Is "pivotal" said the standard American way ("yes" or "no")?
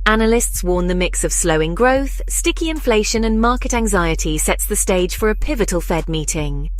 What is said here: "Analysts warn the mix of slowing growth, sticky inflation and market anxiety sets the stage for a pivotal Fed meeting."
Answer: yes